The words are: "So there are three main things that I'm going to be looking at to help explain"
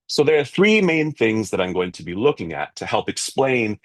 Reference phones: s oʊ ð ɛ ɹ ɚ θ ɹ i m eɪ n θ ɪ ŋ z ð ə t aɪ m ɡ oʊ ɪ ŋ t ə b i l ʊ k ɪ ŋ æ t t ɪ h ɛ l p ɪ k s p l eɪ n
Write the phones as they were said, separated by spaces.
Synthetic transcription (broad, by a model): s oʊ ð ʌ ɹ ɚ θ ɹ i m eɪ n θ ɪ ŋ z ð ə t aɪ m ɡ oʊ ɪ ŋ t ə b i l ʊ k ɪ ŋ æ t t ɪ h ɛ l p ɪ k s p l eɪ n